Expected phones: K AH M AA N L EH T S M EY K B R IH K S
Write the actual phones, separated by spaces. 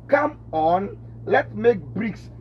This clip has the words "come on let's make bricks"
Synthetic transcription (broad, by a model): K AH M AA N L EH T M EY K B R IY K S